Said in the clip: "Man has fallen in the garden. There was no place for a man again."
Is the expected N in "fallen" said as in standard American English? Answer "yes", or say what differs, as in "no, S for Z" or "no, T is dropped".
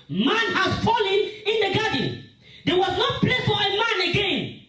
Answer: yes